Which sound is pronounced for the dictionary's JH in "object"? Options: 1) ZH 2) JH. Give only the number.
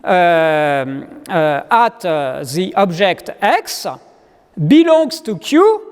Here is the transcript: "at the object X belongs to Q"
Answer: 1